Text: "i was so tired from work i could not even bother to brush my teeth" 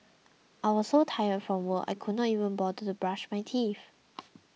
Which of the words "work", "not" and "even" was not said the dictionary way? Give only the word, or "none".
work